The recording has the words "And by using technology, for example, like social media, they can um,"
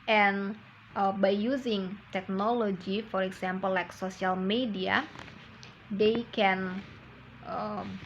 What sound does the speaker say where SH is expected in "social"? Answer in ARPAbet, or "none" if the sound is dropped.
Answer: S